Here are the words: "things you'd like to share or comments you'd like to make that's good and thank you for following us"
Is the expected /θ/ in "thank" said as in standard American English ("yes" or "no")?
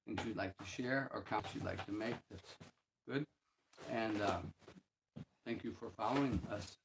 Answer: yes